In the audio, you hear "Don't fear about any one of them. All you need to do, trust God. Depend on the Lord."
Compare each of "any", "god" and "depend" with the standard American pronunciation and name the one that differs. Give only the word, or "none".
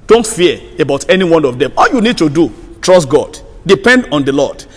none